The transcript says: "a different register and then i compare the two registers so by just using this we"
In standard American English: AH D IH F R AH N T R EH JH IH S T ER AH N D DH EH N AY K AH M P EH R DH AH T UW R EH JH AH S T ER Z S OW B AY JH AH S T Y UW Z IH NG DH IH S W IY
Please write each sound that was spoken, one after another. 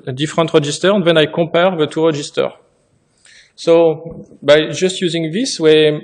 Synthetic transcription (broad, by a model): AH D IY F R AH N T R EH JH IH S T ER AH N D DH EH N AY K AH P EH R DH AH T UW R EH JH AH S T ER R S OW B AY JH AH S T Y UW Z IH NG DH IH S W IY